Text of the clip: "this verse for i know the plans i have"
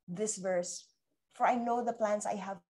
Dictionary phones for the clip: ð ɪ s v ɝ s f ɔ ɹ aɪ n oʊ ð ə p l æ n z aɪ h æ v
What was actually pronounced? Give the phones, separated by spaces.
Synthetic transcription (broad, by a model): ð ɪ s v ɝ s f ɔ ɹ aɪ n oʊ ð ə p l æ n s aɪ h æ v